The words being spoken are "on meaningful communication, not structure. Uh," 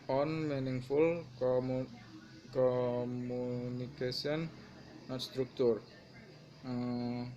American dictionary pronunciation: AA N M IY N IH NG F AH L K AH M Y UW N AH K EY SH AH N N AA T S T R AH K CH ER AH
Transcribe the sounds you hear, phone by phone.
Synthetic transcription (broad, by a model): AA N M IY N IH NG F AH L K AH M UW N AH K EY S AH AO N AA S T R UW K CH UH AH